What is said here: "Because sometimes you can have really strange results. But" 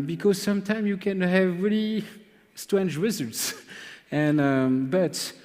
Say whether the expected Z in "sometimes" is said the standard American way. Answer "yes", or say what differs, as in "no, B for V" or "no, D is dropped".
no, Z is dropped